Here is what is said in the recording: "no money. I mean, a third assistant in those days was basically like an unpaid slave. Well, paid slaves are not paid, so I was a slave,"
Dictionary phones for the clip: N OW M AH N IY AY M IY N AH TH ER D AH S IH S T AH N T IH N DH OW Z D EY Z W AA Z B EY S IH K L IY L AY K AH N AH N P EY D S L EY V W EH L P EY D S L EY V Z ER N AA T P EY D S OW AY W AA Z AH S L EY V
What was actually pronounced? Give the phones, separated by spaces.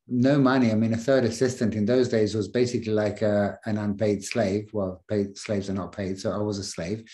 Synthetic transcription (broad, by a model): N OW M AH N IY AY M IY N AH TH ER D AH S IH S T AH N T IH N DH OW Z D EY Z W AA Z B EY S IH K L IY L AY K AH N AH N P EY D S L EY V W EH L P EY D S L EY V Z ER N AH T P EY D S OW AY W AA Z AH S L EY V